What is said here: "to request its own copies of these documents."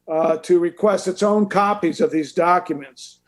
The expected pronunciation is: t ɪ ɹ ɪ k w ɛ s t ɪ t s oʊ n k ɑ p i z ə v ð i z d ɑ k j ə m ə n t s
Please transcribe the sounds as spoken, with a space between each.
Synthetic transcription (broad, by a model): t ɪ ɹ ɪ k w ɛ s t ɪ t s oʊ n k ɑ p i z ə v ð i z d ɑ k j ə m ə n t s